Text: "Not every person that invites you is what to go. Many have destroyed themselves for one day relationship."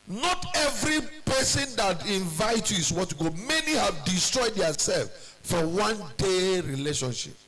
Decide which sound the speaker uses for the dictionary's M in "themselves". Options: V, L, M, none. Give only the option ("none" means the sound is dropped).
none